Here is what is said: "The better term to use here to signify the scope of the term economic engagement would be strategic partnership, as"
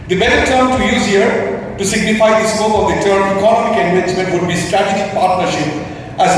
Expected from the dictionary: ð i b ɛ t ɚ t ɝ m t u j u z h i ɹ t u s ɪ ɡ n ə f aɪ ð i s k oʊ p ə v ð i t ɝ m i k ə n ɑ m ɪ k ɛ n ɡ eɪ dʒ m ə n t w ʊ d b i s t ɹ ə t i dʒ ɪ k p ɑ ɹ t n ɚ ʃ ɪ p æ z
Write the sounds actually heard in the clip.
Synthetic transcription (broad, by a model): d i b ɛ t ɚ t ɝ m t u j u z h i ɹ t u s ɪ ɡ n ə f aɪ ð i s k oʊ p ə v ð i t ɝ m i k ə n ɑ m ɪ k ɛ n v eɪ tʃ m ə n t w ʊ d b i s t ɹ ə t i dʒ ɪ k p ɑ ɹ t n ɚ ʃ ɪ p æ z